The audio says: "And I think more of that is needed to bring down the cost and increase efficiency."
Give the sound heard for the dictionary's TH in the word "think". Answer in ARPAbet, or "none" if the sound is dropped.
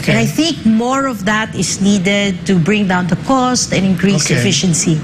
TH